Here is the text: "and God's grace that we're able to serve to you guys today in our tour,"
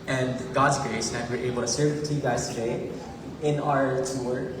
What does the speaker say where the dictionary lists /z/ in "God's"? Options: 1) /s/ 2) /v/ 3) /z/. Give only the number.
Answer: 3